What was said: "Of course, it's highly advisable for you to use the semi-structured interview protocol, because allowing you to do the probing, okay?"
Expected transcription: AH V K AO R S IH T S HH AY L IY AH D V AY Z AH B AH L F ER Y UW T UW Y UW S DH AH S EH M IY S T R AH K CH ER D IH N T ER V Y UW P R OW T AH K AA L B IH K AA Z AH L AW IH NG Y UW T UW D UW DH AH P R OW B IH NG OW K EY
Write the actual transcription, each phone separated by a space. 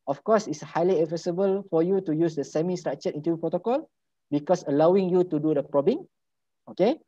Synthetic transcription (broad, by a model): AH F K AO S IH T S HH AY L IY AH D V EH S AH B AH L F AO Y UW T UW Y UW S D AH S EH M IY S T R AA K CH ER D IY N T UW Y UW P R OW T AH K AA L B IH K AA S AH L AW IH NG Y UW T UW D UW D AH P R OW B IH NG OW K EY